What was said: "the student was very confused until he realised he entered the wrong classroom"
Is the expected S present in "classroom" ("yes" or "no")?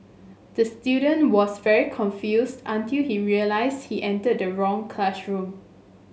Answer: no